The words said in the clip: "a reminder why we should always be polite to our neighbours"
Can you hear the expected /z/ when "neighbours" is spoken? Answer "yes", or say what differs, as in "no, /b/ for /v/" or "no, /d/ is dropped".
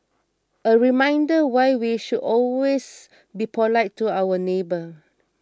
no, /z/ is dropped